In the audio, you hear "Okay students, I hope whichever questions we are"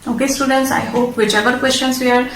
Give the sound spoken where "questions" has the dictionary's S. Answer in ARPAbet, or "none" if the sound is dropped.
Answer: SH